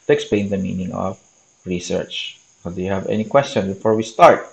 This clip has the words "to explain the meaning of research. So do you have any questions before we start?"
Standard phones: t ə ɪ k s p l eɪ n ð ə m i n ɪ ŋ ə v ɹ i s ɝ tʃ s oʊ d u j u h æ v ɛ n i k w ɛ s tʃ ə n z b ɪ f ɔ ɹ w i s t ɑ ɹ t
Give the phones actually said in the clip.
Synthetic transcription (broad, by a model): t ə k s p l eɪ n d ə m i n ɪ ŋ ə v ɹ i s ɝ tʃ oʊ d u j u h æ v ɛ n i k w ɛ s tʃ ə n b ɪ f ɔ ɹ w i s t ɑ ɹ t